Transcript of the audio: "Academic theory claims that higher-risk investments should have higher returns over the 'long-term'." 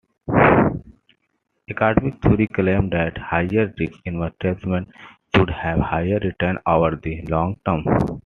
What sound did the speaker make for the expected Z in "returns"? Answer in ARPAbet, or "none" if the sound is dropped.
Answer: none